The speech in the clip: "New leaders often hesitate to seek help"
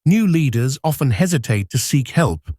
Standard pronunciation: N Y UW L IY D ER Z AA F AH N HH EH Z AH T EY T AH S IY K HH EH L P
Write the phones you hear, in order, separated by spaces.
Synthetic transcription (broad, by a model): N Y UW L IY D ER Z AA F AH N HH EH Z AH T EY T AH S IY K HH EH L P